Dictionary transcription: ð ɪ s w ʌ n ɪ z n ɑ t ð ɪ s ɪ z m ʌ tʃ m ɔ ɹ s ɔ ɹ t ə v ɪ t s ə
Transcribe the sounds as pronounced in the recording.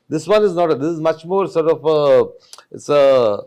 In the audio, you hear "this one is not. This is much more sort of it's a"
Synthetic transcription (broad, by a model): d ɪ s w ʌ n ɪ z n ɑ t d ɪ s ɪ z m ʌ tʃ m ɔ ɹ s ɔ ɹ t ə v ɪ t s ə